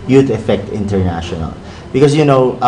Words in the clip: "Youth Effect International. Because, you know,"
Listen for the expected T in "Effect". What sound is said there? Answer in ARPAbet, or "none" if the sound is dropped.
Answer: T